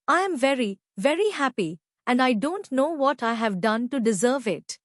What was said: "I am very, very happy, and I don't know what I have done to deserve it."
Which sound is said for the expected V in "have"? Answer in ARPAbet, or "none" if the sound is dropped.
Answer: V